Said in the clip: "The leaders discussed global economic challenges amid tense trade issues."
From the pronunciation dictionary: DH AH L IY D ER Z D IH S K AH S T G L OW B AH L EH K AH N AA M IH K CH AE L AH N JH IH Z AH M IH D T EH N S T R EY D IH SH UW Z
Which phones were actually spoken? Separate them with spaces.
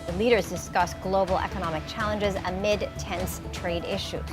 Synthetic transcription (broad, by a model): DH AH L IY D ER Z D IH S K AH S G L OW B L EH K AH N AA M IH K CH AE L AH N JH IH Z AH M IH D T EH N S T R EY D IH SH UW